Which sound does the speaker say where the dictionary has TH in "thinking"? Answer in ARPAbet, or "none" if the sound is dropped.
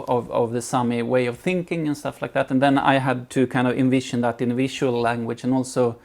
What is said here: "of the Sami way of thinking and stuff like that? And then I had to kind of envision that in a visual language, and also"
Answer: TH